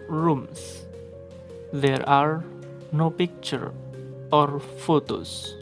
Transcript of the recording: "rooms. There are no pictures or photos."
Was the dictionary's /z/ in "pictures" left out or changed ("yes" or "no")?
yes